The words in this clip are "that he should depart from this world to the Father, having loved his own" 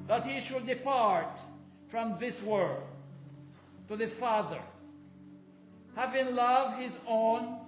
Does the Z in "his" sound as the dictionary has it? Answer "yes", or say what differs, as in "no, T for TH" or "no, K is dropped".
yes